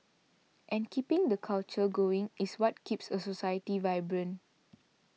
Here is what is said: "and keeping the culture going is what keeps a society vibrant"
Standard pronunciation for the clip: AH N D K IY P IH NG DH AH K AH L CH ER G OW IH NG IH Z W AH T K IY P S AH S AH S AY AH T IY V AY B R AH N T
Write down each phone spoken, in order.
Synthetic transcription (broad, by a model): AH N K IY P IH NG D AH K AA L CH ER G OW IH NG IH S W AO T K IY P S AH S AH S AY AH T IY V AY B R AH N